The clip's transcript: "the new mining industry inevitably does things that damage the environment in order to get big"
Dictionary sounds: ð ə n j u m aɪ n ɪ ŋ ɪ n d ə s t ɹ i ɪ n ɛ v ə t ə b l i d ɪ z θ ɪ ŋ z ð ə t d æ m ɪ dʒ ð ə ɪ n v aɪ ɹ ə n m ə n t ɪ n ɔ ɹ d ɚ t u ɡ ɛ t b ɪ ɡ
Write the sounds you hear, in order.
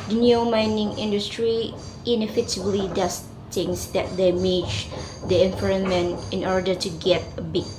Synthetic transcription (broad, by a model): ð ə n j u m aɪ n ɪ ŋ ɪ n d ə s t ɹ i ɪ n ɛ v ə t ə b l i d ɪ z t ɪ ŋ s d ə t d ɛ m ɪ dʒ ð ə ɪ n f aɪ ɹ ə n m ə n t ɪ n ɔ ɹ d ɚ t u ɡ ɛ t b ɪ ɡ